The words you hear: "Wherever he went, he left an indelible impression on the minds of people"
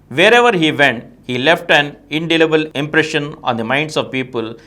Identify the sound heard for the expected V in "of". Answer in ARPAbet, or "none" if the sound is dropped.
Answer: V